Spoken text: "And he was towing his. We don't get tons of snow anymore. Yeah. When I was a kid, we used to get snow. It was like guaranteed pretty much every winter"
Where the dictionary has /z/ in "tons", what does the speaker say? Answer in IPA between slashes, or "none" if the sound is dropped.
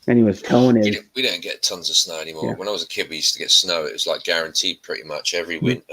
/z/